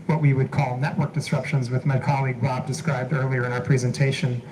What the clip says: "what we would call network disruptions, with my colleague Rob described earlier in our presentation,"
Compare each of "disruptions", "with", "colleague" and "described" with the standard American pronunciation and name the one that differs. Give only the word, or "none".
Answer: none